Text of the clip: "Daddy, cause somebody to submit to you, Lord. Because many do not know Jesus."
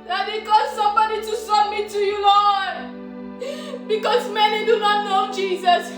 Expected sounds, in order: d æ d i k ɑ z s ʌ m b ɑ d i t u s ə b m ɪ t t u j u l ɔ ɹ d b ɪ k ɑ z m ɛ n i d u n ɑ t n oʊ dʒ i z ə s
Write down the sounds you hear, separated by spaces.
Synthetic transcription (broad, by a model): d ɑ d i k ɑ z s ʌ m b ɑ d i t u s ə m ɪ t t u j u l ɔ b ɪ k ɑ z m ɛ n i d u n ɑ t n oʊ dʒ i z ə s